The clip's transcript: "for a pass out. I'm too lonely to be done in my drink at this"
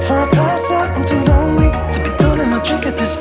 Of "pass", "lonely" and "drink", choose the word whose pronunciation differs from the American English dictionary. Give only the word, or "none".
drink